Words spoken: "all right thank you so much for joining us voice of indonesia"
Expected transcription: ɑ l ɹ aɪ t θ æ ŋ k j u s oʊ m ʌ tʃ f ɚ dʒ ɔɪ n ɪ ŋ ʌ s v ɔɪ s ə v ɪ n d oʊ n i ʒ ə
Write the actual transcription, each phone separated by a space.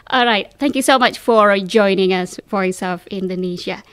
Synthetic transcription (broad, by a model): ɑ l ɹ aɪ t θ æ ŋ k j u s oʊ m ʌ tʃ f ɚ dʒ ɔɪ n ɪ ŋ ʌ s f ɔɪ s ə f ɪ n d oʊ n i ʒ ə